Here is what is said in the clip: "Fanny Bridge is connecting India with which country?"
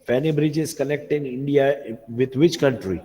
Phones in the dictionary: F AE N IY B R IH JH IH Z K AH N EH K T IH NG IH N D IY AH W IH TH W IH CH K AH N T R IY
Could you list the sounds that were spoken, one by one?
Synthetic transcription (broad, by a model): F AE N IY B R IH JH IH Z K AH N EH K T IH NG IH N D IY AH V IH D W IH CH K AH N T R IY